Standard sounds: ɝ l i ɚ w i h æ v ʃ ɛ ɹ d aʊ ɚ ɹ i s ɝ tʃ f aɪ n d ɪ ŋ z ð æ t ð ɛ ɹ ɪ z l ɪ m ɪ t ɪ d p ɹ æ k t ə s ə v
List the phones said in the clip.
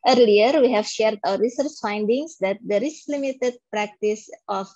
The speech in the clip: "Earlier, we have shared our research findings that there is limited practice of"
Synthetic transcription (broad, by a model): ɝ l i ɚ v i h æ v ʃ ɛ ɹ d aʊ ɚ ɹ i s ɝ tʃ f aɪ n d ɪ ŋ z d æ t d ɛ ɹ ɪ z l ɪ m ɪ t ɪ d p ɹ æ k t ə s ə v